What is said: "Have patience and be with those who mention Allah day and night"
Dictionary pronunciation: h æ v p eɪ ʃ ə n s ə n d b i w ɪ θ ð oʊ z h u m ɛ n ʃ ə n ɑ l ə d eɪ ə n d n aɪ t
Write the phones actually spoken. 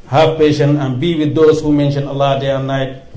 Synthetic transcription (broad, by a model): h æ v p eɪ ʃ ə n ə n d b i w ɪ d oʊ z h u m ɛ n ʃ ə n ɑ l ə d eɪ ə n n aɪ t